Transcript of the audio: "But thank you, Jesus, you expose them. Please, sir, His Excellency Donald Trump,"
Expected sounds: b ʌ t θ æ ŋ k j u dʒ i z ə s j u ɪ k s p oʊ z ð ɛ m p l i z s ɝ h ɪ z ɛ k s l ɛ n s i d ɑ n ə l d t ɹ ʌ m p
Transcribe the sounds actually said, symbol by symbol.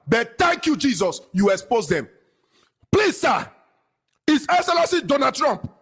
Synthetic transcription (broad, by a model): b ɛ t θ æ ŋ k j u dʒ i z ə s j u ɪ k s p oʊ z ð ɛ m p l i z s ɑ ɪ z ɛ k s l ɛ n s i d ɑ n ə d t ɹ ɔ m p